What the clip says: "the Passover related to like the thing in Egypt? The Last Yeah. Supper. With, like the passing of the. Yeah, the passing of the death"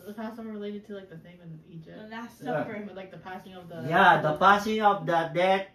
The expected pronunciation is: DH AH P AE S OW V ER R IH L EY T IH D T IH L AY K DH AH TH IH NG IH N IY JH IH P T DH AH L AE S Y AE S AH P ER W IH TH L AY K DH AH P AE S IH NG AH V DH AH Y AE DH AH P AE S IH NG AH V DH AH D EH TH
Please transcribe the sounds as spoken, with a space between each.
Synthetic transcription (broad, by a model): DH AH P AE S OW ER R IH L EY T IH D T IH L AY K DH AH S IH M IH N IY JH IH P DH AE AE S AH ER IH L AY K DH AH P AE S IH NG AH V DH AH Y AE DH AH P AE S IH NG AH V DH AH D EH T